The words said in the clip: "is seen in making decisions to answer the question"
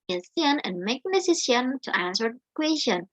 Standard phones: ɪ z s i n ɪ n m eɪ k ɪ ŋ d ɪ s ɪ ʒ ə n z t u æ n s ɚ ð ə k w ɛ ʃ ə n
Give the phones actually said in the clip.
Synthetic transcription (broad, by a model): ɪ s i n ɪ n m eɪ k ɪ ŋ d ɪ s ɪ s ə n t u æ n s ɚ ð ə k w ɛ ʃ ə n